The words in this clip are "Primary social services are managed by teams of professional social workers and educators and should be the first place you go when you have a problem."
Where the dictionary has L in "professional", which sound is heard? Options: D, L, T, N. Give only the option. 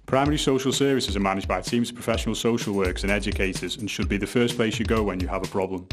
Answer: L